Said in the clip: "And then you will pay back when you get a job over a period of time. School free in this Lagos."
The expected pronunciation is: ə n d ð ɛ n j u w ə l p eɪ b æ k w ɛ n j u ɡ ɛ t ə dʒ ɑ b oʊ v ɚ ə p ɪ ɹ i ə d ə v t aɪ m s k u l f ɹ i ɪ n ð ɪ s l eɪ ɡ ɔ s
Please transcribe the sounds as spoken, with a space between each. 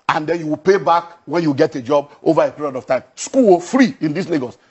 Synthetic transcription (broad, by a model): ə n d ɛ n j u w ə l p eɪ b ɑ k w ɛ n j u ɡ ɛ t ə dʒ ɑ b oʊ v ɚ ə p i ɹ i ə d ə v t aɪ m s k u w f ɹ i ɪ n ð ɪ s l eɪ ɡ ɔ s